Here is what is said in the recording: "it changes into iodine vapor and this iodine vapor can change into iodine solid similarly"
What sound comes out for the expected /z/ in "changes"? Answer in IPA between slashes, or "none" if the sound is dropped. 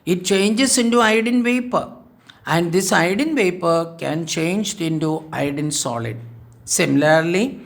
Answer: /s/